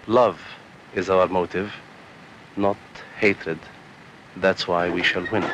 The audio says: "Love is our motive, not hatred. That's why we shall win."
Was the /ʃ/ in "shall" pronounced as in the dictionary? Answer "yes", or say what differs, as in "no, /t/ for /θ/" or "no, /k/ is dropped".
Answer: yes